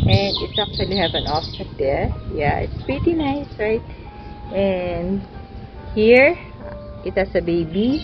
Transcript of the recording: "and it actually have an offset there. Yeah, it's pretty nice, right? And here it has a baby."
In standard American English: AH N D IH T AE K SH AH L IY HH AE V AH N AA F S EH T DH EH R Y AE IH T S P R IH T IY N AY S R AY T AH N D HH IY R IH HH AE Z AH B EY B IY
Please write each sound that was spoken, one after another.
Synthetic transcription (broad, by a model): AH N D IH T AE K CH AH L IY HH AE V AH N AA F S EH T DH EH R Y AE IH T S P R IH T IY N AY S R AY T AH N D HH IY R IH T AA S AH B EY B IY